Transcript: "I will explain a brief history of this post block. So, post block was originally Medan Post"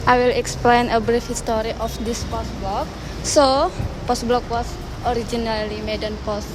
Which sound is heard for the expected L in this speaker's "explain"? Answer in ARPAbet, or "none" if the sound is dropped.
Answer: L